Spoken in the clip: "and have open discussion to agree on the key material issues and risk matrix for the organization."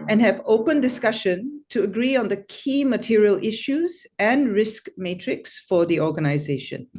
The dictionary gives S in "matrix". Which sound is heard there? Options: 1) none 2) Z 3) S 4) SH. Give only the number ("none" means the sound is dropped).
3